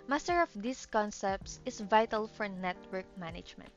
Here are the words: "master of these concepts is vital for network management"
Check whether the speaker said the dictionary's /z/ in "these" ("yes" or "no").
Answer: no